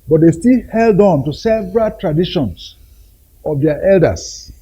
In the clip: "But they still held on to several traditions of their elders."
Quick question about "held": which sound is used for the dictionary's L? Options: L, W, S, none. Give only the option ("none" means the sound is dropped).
L